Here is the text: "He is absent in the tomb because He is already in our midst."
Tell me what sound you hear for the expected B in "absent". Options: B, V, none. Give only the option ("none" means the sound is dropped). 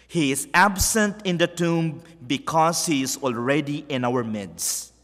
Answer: B